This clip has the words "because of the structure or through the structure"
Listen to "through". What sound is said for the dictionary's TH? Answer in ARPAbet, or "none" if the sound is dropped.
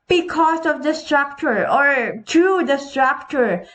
T